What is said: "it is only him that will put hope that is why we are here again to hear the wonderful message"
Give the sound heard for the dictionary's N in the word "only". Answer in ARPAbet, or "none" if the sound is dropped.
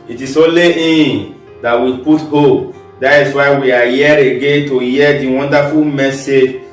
none